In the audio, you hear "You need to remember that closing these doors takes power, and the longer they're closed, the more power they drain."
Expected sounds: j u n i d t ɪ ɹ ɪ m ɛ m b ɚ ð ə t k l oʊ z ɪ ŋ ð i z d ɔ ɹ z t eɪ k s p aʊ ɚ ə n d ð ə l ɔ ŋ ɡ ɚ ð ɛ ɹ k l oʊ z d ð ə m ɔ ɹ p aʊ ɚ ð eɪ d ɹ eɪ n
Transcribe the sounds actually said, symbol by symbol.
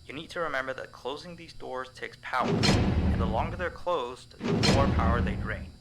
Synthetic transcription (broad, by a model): j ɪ n i d t ɪ ɹ ɪ m ɛ m b ɚ ð ə t k l oʊ z ɪ ŋ ð i z d ɔ ɹ z t eɪ k s p aʊ ɚ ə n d ð ə l ɔ ŋ ɡ ɚ ð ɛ ɹ k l oʊ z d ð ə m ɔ ɹ p aʊ ɚ ð eɪ d ɹ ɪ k